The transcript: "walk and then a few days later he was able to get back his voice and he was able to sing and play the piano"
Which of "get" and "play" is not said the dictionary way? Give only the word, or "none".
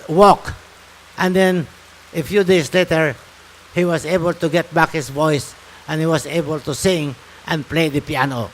none